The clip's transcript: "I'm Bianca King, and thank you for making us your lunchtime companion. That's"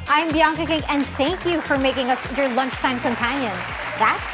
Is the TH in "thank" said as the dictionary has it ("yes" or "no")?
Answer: yes